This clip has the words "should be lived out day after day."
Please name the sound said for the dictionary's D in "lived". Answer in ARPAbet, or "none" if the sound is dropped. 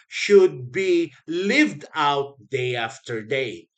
D